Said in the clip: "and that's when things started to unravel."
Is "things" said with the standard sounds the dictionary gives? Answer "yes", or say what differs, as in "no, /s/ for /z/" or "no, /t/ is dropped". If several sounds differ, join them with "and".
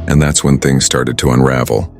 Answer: yes